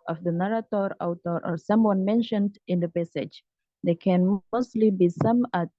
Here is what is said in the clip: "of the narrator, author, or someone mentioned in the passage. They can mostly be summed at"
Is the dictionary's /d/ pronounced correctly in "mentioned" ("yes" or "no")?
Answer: yes